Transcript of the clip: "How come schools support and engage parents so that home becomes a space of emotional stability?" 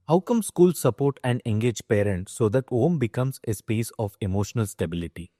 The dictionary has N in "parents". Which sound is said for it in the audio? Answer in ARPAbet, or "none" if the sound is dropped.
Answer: N